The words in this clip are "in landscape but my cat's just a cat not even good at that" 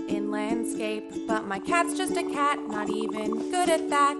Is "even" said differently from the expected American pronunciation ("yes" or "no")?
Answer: no